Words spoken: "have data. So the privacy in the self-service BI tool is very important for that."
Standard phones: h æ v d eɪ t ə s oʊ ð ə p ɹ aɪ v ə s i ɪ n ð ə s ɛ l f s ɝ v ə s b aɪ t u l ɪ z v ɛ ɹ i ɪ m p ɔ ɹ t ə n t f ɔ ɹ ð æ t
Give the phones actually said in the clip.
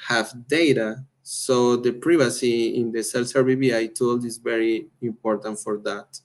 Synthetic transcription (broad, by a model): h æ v d eɪ t ə s oʊ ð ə p ɹ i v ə s i ɪ n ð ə s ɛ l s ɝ b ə b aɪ t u l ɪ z v ɛ ɹ i ɪ m p ɔ ɹ t ə n t f ɔ ɹ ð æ t